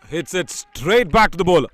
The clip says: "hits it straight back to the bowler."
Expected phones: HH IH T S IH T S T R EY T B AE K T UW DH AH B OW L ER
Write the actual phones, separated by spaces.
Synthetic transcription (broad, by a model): HH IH T S IH T S T R EY T B AE K T UW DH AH B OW L